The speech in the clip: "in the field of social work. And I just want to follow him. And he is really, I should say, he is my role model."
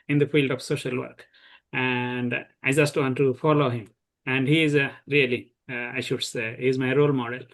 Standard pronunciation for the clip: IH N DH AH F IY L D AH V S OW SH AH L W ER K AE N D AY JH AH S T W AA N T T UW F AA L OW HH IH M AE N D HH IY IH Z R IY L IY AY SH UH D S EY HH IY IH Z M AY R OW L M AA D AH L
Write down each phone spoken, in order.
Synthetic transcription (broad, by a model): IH N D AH F IY L D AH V S OW SH AH L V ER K AE N D AY JH AH S T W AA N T T UW F AA L OW HH IH M AE N D HH IY IH Z R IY L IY AY SH UH D S EY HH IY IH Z M AY R OW L M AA D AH L